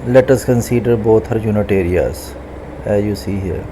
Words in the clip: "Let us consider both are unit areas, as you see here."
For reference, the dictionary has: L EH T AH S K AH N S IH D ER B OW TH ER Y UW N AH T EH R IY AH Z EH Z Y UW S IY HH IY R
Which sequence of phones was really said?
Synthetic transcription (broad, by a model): L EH T AH S K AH N S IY D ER B OW T ER Y UW N AH T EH R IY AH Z EH Z Y UW S IY HH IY R